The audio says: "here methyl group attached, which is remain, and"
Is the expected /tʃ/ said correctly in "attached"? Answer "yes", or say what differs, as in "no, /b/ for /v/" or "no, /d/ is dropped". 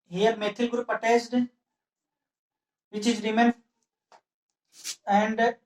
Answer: no, /s/ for /tʃ/